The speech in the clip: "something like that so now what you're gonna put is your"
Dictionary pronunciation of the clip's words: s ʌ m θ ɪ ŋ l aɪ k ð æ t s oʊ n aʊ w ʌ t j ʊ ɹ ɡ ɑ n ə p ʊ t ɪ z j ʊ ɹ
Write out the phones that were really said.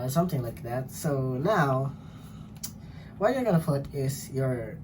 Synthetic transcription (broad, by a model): s ʌ m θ ɪ ŋ l aɪ k ð æ t s oʊ n aʊ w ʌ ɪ j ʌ ɹ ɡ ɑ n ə f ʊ t ɪ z j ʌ ɹ